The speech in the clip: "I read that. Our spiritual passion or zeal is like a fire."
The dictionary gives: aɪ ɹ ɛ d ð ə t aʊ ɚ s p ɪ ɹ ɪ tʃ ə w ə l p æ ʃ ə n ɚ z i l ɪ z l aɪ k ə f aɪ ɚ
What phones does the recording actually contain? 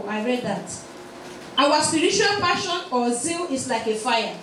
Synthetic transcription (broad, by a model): aɪ ɹ ɛ d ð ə t aʊ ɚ s p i ɹ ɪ tʃ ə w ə l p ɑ ʃ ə n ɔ z i l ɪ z l aɪ k ə f aɪ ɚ